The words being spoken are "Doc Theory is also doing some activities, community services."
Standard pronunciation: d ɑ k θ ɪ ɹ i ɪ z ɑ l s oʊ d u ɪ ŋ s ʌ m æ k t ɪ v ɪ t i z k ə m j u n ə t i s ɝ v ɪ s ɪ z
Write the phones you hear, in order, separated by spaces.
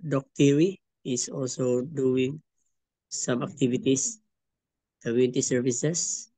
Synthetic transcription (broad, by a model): d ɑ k t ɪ ɹ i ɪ s ɑ l s oʊ d u ɪ ŋ s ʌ m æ k t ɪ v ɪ t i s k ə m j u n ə t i s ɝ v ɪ s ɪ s